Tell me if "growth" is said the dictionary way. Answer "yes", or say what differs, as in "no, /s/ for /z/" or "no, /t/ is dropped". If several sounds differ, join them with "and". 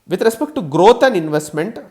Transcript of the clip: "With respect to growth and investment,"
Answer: no, /t/ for /θ/